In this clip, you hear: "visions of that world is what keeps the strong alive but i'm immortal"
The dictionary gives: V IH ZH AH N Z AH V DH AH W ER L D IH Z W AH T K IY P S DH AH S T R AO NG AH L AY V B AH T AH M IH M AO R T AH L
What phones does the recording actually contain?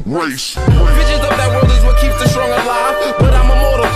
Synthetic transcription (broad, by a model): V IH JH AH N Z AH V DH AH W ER D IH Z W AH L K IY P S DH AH S T R AO NG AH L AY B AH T AH M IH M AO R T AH